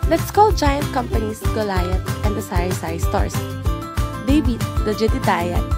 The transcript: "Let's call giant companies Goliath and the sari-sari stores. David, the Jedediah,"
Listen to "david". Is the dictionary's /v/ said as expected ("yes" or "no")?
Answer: no